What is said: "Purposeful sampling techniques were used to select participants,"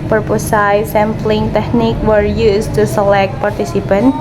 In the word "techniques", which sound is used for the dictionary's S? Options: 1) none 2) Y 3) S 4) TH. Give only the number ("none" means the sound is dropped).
1